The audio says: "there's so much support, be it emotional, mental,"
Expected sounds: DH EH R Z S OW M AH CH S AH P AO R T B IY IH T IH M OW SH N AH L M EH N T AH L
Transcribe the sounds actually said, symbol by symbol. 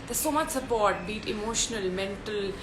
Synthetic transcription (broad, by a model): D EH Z S OW M AH CH S AH P AO R T B IY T IH M OW SH N AH L M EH N T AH L